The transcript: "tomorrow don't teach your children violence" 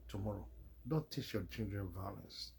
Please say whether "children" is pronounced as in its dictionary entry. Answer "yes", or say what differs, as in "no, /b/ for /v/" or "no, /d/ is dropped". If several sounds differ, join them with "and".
no, /n/ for /l/